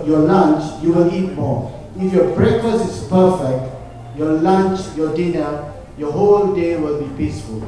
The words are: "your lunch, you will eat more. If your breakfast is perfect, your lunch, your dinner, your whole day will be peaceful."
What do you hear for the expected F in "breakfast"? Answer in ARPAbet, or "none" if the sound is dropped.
none